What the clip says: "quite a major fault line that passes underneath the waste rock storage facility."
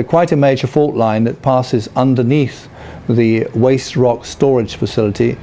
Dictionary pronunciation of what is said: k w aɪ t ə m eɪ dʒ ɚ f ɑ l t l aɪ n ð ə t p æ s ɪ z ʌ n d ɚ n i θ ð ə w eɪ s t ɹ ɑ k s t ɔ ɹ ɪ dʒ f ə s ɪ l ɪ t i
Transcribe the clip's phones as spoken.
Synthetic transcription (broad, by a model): k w aɪ t ə m eɪ dʒ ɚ f ɑ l t l aɪ n ð ə t p æ s ɪ z ʌ n d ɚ n i θ ð ə w eɪ s t ɹ ɑ k s t ɔ ɹ ɪ dʒ f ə s ɪ l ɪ t i